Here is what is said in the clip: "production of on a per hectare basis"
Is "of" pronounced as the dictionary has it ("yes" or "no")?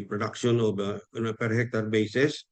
no